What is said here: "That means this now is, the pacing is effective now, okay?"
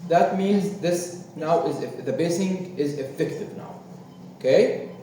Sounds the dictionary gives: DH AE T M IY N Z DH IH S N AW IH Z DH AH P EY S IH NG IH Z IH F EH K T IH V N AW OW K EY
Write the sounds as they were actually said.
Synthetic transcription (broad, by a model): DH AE T M IY N Z DH IH S N AW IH Z DH AH B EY S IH NG IH Z IH F EH K T IH V N AW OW K EY